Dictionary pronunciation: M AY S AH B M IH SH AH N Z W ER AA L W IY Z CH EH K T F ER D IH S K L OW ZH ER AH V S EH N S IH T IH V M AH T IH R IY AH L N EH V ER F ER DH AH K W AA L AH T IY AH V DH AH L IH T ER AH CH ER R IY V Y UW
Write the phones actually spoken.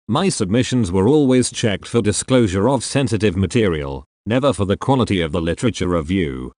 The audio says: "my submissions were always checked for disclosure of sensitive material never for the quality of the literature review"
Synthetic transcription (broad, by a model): M AY S AH B M IH SH AH N Z W ER AA L W IY Z CH EH K T F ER D IH S K L OW ZH ER AH V S EH N S IH T IH V M AH T IH R IY AH L N EH V ER F ER DH AH K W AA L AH T IY AH V DH AH L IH T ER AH CH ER R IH V Y UW